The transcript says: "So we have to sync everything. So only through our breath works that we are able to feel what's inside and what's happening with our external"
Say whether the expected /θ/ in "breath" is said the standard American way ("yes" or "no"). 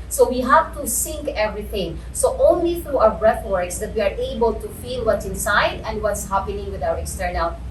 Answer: no